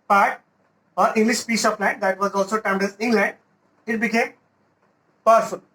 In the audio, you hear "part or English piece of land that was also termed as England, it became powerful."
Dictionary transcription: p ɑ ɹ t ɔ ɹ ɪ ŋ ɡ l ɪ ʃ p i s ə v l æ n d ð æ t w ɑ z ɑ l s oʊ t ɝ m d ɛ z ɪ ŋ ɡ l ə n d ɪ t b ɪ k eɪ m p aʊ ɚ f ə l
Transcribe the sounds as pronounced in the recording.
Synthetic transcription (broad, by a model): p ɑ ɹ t ɔ ɹ ɪ ŋ ɡ l ɪ ʃ p i s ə p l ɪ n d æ t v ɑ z ɑ l s oʊ t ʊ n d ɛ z ɪ ŋ ɡ l ə n d ɪ t b ɪ k eɪ m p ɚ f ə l